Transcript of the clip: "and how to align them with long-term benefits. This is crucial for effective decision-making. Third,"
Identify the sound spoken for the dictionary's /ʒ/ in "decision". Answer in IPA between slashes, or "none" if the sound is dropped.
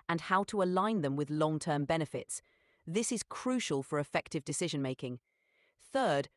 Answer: /ʒ/